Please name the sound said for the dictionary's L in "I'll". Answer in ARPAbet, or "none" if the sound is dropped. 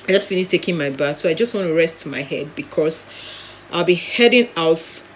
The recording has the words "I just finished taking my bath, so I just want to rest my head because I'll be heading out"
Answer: L